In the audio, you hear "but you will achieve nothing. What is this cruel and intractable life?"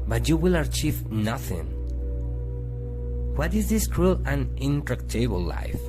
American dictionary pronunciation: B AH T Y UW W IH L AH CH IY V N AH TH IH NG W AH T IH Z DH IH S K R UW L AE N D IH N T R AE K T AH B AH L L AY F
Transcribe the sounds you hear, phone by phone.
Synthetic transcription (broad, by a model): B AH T Y UW W IH L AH CH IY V N AH TH IH NG W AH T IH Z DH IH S K R UW L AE N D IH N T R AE K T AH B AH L L AY F